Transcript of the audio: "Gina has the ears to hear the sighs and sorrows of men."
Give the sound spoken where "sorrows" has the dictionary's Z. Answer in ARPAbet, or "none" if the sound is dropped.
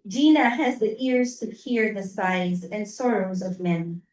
Z